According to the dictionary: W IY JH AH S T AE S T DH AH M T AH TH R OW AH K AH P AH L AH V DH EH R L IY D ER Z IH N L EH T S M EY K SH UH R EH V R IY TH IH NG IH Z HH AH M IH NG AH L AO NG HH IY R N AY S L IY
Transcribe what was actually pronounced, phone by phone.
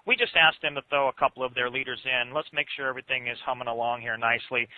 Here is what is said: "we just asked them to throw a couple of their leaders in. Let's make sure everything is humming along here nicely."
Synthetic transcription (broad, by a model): W IY JH AH S T AE S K DH AH M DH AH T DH OW AH K AH P L AH V DH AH R L IY D ER Z IH N L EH T S M EY K SH UH R EH V R IY TH IH NG IH Z HH AH M IH NG AH L AO NG HH IY R N AY S L IY